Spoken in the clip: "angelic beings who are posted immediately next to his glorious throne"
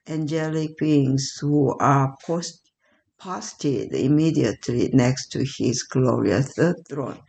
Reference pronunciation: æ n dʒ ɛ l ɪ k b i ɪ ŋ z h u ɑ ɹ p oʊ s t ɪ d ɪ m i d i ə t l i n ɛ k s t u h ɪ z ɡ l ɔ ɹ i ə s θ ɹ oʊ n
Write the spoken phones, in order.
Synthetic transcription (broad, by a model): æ n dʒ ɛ l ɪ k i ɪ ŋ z h u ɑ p p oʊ s t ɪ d ɪ m i d i ə t l i n ɛ k s t u h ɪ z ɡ l ɔ ɹ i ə θ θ ɹ oʊ n